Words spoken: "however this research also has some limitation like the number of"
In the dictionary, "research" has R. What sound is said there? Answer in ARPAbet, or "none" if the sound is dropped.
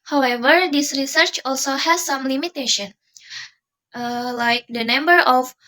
R